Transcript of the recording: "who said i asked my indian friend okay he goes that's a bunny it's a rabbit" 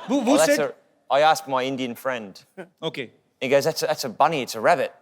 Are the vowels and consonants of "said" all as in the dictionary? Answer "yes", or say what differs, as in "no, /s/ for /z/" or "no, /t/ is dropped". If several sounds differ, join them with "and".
no, /d/ is dropped